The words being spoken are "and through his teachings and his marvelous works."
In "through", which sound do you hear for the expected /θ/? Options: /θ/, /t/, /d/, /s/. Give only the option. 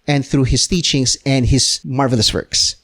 /θ/